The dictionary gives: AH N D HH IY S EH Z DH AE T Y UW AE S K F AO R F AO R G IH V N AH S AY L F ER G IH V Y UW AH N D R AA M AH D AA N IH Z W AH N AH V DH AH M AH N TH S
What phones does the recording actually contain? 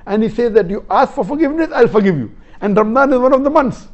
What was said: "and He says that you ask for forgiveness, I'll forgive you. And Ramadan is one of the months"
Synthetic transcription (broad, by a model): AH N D HH IY S EH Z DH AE T Y UW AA S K F AO R F AO R G IH V N AH S AY L F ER G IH V Y UW AH N D R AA M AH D AA N IH Z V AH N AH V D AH M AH N S